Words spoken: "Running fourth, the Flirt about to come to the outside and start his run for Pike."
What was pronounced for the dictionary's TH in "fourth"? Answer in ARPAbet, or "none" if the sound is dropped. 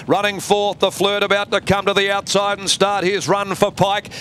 TH